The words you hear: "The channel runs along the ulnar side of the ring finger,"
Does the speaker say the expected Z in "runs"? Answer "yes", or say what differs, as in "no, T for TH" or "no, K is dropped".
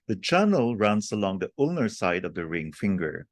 no, S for Z